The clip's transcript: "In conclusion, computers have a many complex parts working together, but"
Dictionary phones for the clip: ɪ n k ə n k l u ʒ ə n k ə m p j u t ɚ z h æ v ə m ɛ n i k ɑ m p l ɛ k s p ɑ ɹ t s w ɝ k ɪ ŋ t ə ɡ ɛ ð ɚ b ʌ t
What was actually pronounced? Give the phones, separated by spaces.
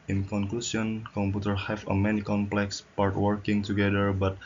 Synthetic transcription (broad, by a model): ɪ n k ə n k l u s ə n k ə m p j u t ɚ h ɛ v ə m ɛ n i k ɑ m p l ɛ k s p ɑ ɹ t w ɝ k ɪ ŋ t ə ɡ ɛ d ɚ b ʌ t